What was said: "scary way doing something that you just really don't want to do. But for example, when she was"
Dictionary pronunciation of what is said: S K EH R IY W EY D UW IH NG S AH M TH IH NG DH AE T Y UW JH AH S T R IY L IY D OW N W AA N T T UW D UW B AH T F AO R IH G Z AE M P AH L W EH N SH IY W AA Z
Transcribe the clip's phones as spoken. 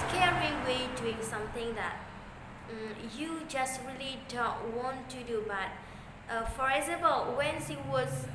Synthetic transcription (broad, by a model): K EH R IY W EY D UW IH NG S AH M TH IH NG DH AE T Y UW JH AH S T R IY L IY D OW N W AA N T T UW D UW B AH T F AO R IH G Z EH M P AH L W EH N S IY W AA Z